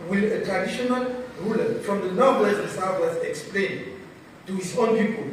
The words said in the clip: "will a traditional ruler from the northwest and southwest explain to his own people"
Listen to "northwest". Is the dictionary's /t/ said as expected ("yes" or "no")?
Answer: no